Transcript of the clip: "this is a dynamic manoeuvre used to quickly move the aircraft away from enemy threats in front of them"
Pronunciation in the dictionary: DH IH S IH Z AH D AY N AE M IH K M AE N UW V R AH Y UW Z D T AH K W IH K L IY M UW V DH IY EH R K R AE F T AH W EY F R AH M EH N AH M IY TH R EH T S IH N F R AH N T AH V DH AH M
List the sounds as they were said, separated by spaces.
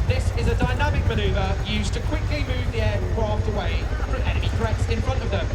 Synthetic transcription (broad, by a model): DH IH S IH Z AH D AY N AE M IH K M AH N UW V AH Y UW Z T AH K W IH K L IY M UW V DH IY EH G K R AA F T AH W EY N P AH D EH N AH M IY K R EH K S IH N F R AH N T AH V DH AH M